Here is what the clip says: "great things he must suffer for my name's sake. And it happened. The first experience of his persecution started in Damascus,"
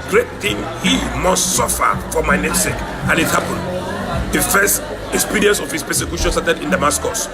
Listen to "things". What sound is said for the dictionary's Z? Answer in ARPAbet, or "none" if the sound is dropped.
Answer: none